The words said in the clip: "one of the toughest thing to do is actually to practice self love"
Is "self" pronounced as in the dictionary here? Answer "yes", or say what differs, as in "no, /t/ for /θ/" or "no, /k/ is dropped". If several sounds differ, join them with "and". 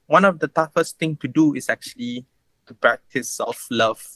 no, /l/ is dropped